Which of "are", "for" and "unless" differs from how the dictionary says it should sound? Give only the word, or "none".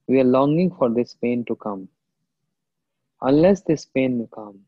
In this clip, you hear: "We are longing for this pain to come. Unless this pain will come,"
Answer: none